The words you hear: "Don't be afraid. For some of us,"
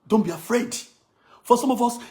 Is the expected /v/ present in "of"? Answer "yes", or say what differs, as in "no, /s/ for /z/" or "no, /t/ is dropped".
yes